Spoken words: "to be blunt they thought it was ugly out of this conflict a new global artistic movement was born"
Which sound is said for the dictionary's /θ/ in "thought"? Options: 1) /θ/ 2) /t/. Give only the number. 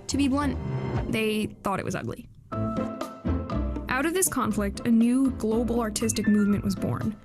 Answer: 1